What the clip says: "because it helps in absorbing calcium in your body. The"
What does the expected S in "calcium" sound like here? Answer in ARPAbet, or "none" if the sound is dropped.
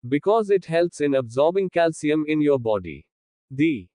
S